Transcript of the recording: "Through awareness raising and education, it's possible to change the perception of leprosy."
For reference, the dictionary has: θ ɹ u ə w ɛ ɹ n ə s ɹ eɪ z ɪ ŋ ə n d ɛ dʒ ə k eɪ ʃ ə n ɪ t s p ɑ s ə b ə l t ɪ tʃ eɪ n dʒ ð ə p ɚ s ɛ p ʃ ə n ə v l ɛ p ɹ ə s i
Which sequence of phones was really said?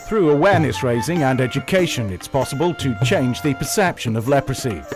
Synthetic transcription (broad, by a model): θ ɹ u ə w ɛ ɹ n ə s ɹ eɪ z ɪ ŋ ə n ɛ dʒ ə k eɪ ʃ ə n ɪ t s p ɑ s ə b ə l t ɪ tʃ eɪ n dʒ ð ə p ɚ s ɛ p ʃ ə n ə v l ɛ p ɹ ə s i